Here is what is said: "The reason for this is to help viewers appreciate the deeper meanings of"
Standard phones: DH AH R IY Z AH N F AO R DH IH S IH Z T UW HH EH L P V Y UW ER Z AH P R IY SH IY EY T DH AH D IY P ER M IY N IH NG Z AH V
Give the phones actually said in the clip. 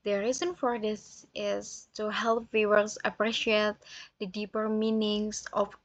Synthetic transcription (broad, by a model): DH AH R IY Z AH N F AO R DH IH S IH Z T UW HH EH L P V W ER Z AH P R IY SH IY EY T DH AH D IY P ER M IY N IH NG S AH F